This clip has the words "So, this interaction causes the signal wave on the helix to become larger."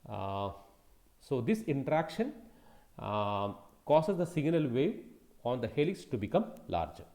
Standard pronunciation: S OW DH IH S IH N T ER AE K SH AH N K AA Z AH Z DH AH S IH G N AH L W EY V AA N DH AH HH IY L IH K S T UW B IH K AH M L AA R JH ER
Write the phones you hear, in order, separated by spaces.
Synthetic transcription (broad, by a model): S OW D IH S IH N T ER AE K SH AH N K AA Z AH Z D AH S IH G N AH L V EY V AA N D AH HH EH L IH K S T UW B IH K AH M L AA R JH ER